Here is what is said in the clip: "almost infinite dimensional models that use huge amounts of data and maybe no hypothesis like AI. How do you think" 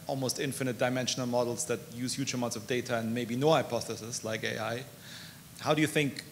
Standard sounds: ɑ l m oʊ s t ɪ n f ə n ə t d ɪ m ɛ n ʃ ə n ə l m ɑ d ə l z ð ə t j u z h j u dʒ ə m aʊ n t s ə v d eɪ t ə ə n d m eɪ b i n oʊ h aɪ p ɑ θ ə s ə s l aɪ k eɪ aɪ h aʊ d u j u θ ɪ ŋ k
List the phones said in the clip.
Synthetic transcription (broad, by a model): ɑ l m oʊ s t ɪ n f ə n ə t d ɪ m ɛ n ʃ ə n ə l m ɑ d l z ð ə t j u z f j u tʃ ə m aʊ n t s ə v d eɪ t ə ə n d m eɪ b i n oʊ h aɪ p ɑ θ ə s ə s l aɪ k eɪ aɪ h aʊ d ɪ j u θ ɪ ŋ k